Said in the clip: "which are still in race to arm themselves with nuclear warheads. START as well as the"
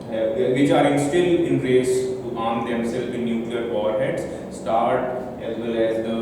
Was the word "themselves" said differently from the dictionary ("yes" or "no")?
yes